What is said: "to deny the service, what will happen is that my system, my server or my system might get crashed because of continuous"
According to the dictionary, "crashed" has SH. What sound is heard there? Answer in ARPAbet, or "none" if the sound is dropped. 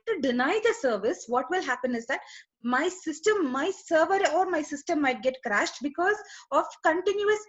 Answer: SH